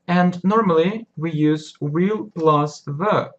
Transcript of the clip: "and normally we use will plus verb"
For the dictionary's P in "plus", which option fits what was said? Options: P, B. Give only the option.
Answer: B